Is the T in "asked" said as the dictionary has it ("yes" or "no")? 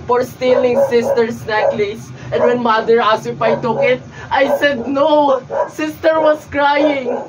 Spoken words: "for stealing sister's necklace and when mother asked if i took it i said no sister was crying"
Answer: no